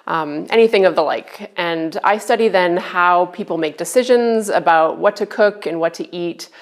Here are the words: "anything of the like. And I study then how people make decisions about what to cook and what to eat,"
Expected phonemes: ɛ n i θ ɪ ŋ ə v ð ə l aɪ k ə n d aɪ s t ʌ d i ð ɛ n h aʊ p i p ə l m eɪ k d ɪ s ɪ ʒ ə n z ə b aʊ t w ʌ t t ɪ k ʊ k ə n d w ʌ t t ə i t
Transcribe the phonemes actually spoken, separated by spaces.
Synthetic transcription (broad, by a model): ɛ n i θ ɪ ŋ ə v ð ə l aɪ k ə n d aɪ s t ʌ d i ð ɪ n h aʊ p i p l m eɪ k d ɪ s ɪ ʒ ə n z ə b aʊ t w ʌ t t ɪ k ʊ k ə n w ʌ t t i t